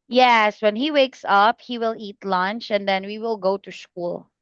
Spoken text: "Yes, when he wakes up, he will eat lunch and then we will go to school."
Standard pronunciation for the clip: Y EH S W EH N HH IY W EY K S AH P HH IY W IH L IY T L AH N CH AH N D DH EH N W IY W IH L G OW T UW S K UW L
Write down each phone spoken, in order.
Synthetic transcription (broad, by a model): Y EH S W EH N HH IY W EY K S AH P HH IY W IH L IY T L AH N CH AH N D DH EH N W IY W IH L G OW T UW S K UW L